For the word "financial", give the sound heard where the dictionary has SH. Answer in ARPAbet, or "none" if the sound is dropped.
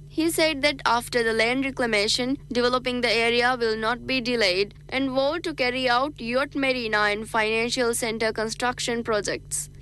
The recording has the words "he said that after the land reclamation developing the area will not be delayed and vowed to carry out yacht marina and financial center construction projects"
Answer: SH